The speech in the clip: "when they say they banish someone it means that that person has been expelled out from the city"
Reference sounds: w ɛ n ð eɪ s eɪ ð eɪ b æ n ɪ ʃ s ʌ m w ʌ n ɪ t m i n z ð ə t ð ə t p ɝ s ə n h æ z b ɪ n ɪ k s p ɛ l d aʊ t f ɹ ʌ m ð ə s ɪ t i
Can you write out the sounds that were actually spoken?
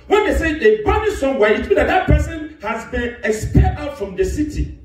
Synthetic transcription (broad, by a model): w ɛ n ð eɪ s eɪ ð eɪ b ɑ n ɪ s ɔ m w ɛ ɪ t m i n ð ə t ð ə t p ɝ s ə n h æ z b ɪ n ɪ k s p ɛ d aʊ t f ɹ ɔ m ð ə s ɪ t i